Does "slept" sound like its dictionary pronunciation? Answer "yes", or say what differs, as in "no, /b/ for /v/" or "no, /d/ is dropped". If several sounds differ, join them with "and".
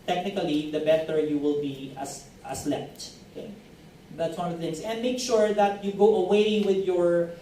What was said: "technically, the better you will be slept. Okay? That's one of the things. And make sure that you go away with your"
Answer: no, /f/ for /p/